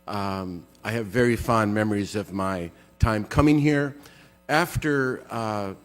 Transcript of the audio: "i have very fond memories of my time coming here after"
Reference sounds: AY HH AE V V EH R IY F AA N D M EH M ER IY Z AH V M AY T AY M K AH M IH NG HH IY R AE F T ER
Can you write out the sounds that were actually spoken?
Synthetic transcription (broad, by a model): AY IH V V EH R IY F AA N M EH M ER IY Z AH V M AY T AY M K AH M IH NG HH IY R AE F T ER